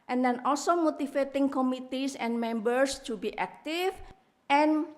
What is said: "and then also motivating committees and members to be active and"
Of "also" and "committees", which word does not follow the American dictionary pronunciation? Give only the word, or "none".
committees